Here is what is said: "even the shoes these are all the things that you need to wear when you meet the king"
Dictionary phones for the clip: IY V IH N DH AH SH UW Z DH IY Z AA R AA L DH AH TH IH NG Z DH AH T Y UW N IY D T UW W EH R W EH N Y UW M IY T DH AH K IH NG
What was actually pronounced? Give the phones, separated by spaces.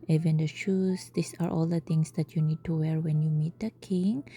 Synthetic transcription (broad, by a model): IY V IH N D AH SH UW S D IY S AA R AA L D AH T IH NG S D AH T Y UW N IY D T UW W EH R W EH N Y UW M IY T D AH K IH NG